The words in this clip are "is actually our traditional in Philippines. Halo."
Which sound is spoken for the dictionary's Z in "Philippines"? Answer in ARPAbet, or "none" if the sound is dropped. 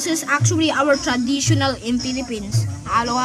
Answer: S